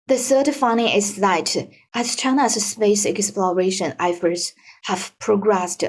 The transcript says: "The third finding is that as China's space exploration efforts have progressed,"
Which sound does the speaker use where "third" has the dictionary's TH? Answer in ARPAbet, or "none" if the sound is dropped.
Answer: S